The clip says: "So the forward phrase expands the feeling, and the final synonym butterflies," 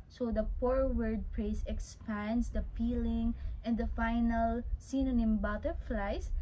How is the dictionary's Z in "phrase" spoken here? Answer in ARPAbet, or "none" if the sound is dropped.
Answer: S